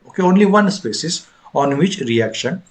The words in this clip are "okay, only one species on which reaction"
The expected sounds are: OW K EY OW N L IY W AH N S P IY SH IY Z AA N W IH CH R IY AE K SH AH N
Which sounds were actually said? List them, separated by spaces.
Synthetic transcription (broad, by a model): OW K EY OW N L IY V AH N S P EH S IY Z AA N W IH CH R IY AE K SH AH N